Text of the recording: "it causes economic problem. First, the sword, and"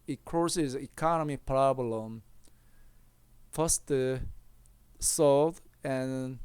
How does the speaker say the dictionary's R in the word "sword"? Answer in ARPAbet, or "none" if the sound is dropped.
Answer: L